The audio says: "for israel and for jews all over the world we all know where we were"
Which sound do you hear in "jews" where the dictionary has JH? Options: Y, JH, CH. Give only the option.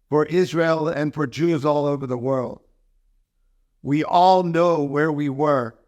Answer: JH